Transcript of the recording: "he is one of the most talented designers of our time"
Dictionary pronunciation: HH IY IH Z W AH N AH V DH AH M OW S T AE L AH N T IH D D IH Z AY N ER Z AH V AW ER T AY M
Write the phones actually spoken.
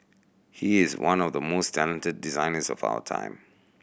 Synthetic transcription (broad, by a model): HH IY IH Z W AH N AH V DH AH M OW S T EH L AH N T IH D D IH Z AY N ER Z AH V AW ER T AY M